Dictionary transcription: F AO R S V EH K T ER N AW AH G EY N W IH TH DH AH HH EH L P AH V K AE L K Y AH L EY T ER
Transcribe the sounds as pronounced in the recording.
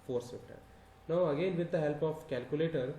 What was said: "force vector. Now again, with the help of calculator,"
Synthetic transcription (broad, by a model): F AO R S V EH T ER N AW AH G EY N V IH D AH HH EH L P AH F K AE L K Y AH L EY T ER